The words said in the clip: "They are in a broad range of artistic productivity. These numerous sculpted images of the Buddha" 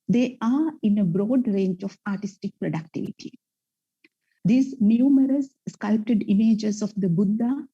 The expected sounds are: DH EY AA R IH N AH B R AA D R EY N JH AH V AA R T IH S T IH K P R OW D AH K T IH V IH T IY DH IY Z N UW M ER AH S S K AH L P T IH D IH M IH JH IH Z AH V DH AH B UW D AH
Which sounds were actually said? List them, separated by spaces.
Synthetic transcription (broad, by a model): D EY AA R IH N AH B R AA D R EY N JH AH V AA R T IH S T IH K P R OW D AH K T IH V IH T IY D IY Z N UW M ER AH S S K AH L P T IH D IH M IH JH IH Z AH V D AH B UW D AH